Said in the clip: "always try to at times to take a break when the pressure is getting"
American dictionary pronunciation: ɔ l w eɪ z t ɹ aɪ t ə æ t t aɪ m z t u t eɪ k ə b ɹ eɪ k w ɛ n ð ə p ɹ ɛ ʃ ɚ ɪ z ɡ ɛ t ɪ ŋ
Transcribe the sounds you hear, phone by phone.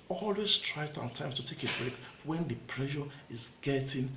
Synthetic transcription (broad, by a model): ɔ l w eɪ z t ɹ aɪ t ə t t aɪ m s t u t eɪ k ə b ɹ eɪ k w ɛ n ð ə p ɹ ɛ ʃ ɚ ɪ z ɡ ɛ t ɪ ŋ